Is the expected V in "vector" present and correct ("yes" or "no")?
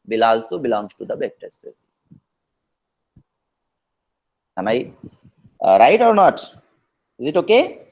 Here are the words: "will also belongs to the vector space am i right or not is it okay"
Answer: no